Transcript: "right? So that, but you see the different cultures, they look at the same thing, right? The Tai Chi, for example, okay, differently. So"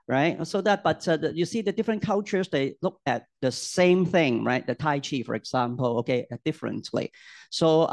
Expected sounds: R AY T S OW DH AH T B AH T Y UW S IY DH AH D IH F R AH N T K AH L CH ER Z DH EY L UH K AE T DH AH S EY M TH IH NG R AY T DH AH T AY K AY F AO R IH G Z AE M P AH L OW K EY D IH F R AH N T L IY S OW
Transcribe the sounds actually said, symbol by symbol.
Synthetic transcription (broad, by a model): R AY T S OW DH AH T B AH T Y UW S IY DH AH D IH F R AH N K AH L CH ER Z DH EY L UH K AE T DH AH S EY M TH IH NG R AY T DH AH T AY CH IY F AO R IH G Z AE M P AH L OW K EY D IH F R AH N T L IY S OW